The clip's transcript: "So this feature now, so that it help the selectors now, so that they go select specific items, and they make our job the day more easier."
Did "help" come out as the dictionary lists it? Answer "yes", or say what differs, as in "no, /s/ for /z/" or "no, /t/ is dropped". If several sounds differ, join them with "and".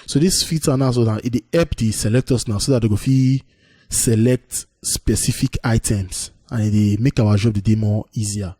no, /l/ is dropped